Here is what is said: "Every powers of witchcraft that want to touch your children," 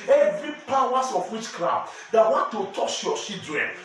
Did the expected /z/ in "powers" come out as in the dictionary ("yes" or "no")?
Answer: no